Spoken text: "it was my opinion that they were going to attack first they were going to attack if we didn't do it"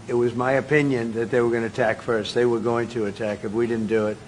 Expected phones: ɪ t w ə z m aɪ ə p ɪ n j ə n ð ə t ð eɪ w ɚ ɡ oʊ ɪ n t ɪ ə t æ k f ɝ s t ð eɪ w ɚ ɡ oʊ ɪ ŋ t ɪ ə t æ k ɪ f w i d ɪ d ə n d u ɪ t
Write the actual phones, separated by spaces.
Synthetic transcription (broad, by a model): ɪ t w ə z m aɪ ə p ɪ n j ə n ð ə t ð eɪ w ɚ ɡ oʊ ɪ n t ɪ ə t æ k f ɝ s t ð eɪ w ɚ ɡ oʊ ɪ ŋ t ɪ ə t æ k ɪ f w i d ɪ d n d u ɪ t